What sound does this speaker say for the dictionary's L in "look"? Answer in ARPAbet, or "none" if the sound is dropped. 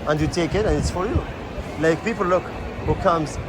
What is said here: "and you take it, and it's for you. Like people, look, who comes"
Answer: L